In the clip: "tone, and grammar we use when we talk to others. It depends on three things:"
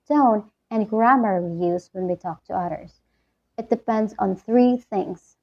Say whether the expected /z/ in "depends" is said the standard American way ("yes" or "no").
yes